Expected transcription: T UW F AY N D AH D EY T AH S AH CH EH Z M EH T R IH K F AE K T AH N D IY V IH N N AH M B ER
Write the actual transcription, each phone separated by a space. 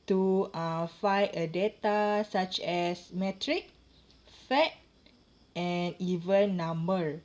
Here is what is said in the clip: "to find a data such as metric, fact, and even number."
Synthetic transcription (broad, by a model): T UW F AY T AH D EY T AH S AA CH EH S M EH T R IH K F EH T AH N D IY V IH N N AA M B ER